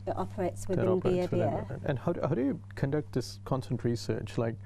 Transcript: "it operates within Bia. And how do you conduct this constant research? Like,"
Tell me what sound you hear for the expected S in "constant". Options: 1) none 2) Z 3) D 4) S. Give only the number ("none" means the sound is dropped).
1